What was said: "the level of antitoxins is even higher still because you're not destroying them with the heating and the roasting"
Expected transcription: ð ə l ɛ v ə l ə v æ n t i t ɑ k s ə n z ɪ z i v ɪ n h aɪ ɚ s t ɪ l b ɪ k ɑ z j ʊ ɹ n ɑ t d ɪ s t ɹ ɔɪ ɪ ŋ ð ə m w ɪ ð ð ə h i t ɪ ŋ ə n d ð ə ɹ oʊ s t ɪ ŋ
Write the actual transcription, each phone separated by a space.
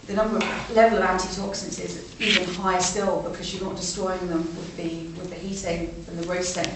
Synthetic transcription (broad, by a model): ð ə l ɛ v ə l ə v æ n t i t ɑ k s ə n s ɪ z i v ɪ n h aɪ s t ɪ l b ɪ k ɑ z j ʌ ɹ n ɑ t d ɪ s t ɹ ɔɪ ɪ ŋ ð ə m w ɪ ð ð ə h i t ɪ ŋ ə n ð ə ɹ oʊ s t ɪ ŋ